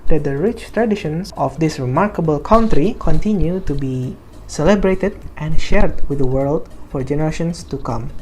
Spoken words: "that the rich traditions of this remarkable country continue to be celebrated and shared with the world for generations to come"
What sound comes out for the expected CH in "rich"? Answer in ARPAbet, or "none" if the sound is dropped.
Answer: CH